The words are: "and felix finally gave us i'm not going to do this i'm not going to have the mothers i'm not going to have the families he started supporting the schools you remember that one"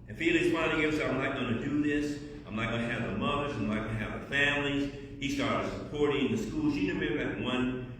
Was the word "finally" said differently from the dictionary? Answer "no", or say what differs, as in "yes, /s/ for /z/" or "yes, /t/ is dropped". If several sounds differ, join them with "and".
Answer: yes, /l/ is dropped